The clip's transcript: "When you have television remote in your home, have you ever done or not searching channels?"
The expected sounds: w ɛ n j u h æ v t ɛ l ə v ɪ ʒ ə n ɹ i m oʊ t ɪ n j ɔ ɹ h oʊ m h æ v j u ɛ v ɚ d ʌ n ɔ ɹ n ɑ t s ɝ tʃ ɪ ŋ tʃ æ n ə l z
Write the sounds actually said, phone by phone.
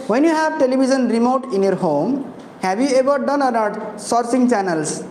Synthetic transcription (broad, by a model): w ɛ n j u h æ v t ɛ l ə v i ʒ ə n ɹ i m oʊ t ɪ n j ɔ ɹ h oʊ m h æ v j u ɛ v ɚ d ʌ n ɔ ɹ n ɑ t s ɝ s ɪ ŋ tʃ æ n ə l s